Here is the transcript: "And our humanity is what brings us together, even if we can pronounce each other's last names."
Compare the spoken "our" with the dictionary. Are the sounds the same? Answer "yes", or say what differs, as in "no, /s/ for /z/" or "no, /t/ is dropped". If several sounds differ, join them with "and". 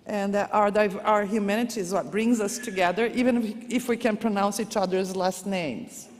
yes